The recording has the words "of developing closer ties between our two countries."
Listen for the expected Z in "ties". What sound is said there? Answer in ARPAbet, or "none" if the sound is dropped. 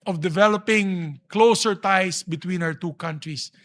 S